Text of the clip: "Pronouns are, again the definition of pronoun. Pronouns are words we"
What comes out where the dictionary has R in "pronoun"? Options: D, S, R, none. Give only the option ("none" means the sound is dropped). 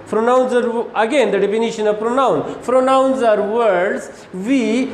R